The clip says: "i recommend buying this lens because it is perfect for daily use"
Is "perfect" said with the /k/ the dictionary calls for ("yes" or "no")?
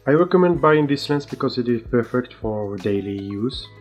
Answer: yes